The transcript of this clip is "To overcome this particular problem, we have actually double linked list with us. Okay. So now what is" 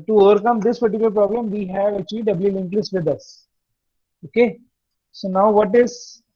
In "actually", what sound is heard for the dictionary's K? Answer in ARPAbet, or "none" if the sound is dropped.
none